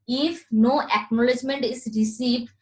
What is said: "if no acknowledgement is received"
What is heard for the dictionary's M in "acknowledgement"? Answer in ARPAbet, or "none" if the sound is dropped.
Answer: M